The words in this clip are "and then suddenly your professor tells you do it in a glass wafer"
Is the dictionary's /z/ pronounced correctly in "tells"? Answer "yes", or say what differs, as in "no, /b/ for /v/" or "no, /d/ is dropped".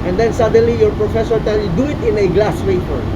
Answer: no, /z/ is dropped